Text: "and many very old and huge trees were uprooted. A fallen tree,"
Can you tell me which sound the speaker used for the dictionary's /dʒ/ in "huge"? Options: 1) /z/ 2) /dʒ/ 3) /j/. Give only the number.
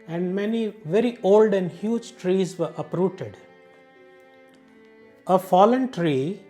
2